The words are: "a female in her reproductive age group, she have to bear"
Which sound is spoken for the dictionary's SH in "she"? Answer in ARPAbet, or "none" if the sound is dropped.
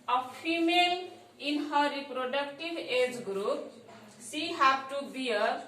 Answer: S